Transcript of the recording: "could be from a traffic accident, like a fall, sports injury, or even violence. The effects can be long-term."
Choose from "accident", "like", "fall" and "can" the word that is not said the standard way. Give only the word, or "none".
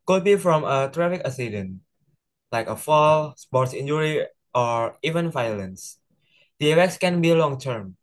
accident